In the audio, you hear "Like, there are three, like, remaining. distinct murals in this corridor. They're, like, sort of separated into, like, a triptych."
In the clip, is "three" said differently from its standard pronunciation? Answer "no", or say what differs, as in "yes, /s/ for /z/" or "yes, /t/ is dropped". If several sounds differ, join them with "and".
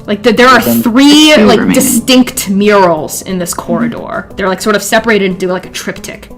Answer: no